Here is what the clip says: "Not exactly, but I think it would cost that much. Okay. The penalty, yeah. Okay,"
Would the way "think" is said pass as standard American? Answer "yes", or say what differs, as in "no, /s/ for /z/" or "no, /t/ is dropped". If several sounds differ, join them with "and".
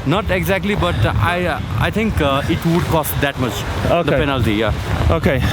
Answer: no, /t/ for /θ/